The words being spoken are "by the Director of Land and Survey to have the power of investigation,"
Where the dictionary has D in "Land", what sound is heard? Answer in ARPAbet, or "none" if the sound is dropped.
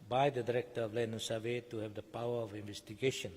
none